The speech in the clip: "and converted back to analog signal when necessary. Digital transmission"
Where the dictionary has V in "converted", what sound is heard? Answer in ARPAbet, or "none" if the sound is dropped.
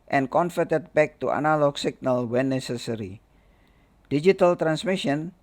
F